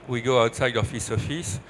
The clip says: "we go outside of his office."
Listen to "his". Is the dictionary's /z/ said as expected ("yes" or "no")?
no